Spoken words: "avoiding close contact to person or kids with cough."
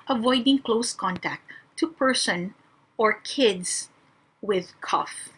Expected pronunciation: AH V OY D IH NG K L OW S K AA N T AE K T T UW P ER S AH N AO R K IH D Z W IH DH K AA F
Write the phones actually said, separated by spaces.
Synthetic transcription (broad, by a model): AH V OY D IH NG K L OW S K AA N T AE K T T UW P ER S AH N AO R K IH D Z W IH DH K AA F